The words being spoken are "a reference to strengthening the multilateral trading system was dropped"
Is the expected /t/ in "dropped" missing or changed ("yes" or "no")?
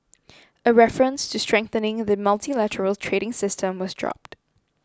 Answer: no